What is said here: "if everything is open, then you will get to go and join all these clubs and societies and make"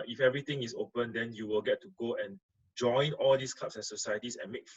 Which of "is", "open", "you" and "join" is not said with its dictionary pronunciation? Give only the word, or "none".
is